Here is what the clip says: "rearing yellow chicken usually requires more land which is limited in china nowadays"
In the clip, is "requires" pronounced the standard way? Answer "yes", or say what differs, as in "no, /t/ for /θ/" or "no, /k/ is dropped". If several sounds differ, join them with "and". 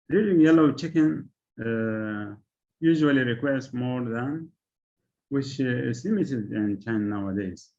no, /s/ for /z/